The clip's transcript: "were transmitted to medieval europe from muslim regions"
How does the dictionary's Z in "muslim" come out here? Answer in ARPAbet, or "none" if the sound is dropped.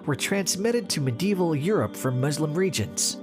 Z